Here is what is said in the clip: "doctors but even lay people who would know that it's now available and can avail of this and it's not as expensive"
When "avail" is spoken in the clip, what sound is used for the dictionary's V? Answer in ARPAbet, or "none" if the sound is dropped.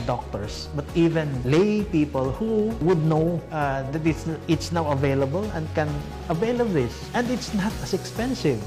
V